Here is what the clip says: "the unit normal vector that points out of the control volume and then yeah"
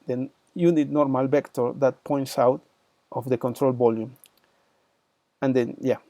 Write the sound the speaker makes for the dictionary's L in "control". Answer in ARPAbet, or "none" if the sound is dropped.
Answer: L